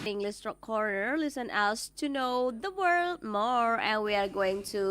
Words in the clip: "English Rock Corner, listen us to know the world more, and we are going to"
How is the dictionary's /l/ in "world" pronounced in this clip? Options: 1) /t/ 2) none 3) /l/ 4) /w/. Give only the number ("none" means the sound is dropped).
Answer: 3